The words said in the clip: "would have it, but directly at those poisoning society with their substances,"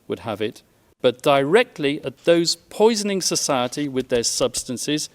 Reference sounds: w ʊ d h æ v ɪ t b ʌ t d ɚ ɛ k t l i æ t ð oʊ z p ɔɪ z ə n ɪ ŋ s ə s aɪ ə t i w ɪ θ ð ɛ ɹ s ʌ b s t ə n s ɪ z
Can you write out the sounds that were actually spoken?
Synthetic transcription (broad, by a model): w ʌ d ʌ v ɪ t b ʌ t d ɚ ɛ k t l i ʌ t ð oʊ z p ɔɪ z ə n ɪ ŋ s ə s aɪ ə t i w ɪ ð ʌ ɹ s ʌ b s t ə n s ɪ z